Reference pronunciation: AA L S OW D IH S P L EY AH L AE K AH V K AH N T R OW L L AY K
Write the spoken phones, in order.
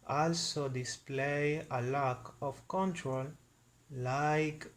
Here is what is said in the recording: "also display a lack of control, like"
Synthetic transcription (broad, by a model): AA L S OW D IH S P L EY AH L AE K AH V K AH N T R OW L L AY K